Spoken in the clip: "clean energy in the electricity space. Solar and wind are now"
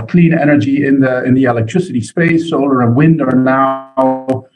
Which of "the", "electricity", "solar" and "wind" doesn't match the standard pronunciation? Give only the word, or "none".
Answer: none